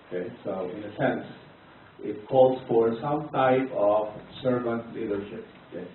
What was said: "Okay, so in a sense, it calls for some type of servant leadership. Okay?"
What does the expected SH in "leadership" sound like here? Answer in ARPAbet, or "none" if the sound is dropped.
SH